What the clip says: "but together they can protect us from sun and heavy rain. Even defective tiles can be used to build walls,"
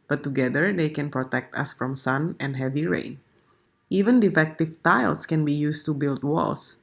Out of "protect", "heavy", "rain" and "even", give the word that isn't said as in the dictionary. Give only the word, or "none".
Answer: rain